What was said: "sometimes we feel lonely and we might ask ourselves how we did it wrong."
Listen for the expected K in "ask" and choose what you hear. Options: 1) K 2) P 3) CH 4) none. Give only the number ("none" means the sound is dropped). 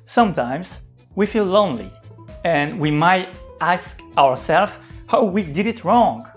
1